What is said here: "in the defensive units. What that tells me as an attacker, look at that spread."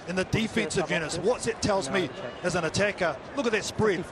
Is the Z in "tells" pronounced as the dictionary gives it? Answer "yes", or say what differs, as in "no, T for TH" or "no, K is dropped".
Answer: yes